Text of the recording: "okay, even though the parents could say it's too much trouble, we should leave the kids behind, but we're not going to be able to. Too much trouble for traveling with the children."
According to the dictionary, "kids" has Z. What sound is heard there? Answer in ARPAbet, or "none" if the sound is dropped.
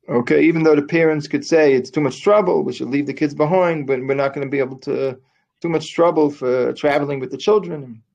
Z